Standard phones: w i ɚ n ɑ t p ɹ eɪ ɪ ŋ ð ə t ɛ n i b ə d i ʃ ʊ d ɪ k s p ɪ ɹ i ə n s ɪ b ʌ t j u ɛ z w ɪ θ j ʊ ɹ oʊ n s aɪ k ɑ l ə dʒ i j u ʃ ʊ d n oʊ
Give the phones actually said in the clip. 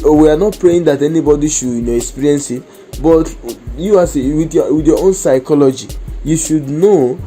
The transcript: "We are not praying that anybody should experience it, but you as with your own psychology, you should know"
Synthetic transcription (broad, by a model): w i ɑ n ɑ t p ɹ eɪ ɪ ŋ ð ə t ɛ n i b ə d i ʃ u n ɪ k s p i ɹ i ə n s ɪ b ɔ t j u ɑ s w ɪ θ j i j oʊ n s aɪ k ɑ l ə dʒ i j u ʃ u d n oʊ